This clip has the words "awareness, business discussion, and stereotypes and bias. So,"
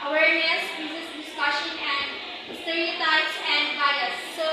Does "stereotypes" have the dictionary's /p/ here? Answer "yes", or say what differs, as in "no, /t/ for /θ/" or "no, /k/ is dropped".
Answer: no, /p/ is dropped